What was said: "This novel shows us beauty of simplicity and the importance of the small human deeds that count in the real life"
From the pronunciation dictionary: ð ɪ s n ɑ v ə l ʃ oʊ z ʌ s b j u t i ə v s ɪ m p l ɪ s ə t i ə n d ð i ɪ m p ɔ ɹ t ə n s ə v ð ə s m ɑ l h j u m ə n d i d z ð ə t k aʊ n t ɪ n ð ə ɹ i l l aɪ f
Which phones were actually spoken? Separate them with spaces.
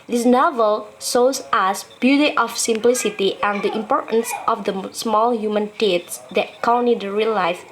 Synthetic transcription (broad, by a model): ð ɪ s n ɑ v ə l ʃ oʊ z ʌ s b j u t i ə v s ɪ m p l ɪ s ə t i ə n d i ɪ m p ɔ ɹ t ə n s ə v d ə s m ɑ l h j u m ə n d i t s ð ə t k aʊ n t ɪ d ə ɹ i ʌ l aɪ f